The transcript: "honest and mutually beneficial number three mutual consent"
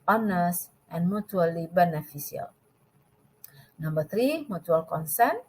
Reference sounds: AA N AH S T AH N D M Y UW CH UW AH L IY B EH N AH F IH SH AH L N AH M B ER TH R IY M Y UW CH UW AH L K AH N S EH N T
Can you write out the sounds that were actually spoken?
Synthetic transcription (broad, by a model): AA N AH S T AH N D M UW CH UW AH L IY B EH N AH F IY S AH L N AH M B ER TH R IY M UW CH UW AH L K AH N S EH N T